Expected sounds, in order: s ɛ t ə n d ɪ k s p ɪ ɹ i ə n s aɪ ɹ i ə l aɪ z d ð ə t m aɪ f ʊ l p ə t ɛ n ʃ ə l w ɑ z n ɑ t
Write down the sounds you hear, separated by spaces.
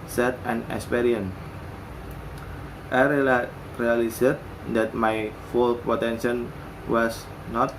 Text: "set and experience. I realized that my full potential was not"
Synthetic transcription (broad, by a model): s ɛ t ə n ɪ k s p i ɹ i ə n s aɪ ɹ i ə l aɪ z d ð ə t m aɪ f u l p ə t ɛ n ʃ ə n w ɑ s n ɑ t